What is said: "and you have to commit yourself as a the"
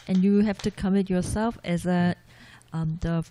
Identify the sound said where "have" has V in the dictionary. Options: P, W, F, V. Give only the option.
F